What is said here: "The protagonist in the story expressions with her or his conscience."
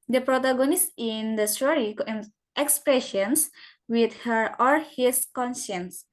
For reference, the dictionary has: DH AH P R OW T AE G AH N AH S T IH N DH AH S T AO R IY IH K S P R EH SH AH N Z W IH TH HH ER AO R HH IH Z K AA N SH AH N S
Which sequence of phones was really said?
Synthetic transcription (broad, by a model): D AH P R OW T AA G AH N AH S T IH N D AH S T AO R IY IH K S P R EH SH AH N S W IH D HH ER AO L HH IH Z K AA N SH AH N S